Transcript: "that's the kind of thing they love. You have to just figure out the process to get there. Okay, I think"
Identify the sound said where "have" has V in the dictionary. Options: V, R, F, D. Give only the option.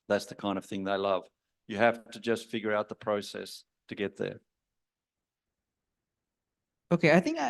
F